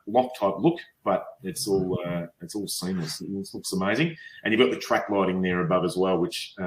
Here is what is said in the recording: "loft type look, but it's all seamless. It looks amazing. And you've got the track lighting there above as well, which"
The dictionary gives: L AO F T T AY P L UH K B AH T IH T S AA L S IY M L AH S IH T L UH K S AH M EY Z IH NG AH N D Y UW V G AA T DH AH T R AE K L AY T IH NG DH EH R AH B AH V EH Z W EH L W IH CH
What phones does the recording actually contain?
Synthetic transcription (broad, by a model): L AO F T T AY P L UH K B AH T IH T S AA L S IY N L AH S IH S L UH K S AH M EY Z IH NG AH N Y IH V G AA T DH AH T R AE K L AY T IH NG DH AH R AH B AH V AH Z W EH L W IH CH